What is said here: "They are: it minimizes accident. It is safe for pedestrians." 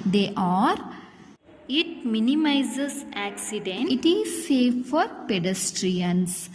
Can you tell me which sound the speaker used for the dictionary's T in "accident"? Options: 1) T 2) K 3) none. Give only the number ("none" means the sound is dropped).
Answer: 3